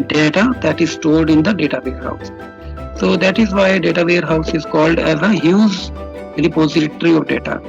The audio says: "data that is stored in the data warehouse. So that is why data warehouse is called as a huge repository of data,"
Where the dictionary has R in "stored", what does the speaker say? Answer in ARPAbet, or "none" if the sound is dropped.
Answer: L